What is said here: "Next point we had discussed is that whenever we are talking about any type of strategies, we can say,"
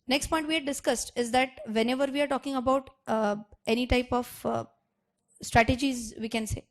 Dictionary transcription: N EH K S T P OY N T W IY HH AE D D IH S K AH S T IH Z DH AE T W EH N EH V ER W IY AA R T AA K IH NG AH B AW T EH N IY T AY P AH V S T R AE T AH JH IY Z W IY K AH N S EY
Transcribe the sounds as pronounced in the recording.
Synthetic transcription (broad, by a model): N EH K S T P OY N T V IY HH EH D D IH S K AH S T IH Z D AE T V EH N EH V ER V IY AA R T AA K IH NG AH B AW T EH N IY T AY P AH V S T R AE T AH JH IY Z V IY K AH N S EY